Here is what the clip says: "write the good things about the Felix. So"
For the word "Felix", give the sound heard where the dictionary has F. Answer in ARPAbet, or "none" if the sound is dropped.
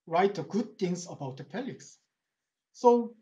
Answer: P